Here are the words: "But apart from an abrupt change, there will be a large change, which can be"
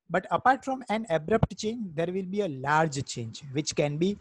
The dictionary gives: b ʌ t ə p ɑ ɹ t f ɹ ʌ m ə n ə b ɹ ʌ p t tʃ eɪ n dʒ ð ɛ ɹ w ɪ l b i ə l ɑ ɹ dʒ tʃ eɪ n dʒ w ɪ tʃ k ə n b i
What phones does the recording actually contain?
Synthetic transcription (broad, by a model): b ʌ t ə p ɑ ɹ t f ɹ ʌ m ə n ə b ɹ ʌ p t tʃ eɪ n dʒ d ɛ ɹ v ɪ l b i ə l ɑ ɹ dʒ tʃ eɪ n dʒ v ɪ tʃ k ə n b i